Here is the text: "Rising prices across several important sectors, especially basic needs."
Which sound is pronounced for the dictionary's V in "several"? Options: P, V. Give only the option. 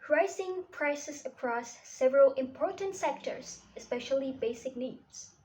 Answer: V